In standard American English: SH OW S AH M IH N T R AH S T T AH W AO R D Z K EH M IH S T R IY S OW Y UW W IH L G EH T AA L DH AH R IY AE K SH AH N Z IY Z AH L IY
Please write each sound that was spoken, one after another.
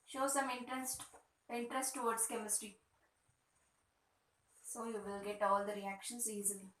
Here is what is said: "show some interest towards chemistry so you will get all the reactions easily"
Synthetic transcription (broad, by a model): SH OW S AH M IH N T R AH S T T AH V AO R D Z K EH M IH S T R IY S OW Y UW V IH L G EH T AA L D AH R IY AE K SH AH N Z IY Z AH L IY